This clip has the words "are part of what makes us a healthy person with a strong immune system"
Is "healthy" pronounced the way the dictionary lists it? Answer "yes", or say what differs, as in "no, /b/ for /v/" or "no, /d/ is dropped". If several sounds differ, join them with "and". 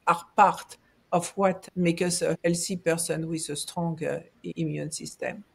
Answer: no, /s/ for /θ/